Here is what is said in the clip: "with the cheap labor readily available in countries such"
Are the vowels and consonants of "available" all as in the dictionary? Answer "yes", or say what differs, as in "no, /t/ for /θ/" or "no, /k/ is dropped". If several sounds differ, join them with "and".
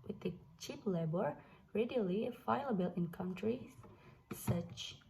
no, /v/ is dropped